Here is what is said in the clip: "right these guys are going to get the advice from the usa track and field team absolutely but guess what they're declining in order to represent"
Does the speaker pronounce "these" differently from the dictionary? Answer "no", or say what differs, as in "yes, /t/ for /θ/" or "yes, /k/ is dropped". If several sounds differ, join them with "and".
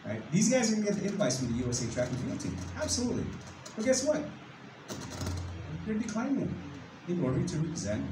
no